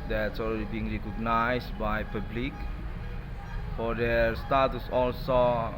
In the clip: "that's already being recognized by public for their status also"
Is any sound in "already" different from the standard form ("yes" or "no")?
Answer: yes